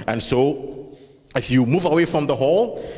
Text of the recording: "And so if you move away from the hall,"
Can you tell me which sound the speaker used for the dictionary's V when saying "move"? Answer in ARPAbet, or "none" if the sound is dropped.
V